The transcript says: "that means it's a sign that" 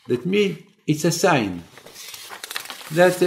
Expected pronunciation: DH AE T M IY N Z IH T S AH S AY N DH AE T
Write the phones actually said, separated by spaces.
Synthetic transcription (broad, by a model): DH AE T M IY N IH T S AH S AY N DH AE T